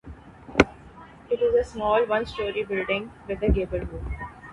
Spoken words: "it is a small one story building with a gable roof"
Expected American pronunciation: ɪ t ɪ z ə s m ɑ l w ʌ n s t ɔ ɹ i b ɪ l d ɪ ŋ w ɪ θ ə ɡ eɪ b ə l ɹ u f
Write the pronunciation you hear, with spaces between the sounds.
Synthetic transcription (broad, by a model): ɪ t ɪ z ə s m ɑ l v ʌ n s t ɔ ɹ i b ɪ l d ɪ ŋ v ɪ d ə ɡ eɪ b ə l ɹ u